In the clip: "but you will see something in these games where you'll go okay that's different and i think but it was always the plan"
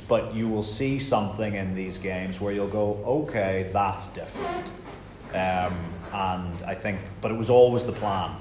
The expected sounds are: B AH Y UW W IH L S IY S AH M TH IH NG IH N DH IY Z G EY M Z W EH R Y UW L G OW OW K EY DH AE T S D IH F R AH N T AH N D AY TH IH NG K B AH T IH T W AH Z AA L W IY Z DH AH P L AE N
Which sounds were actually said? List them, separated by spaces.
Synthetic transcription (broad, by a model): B AH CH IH W IH L S IY S AH M TH IH NG IH N DH IY Z G EY M Z W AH R Y UW L G OW OW K EY DH AE T S D IH F R AH N T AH N AY TH IH NG K B AH T IH T W AH Z AA L W IY Z DH AH P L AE N